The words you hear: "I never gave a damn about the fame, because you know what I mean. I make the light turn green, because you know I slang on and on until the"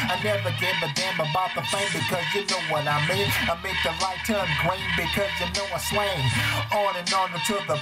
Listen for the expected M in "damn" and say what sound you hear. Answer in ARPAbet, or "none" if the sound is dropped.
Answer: M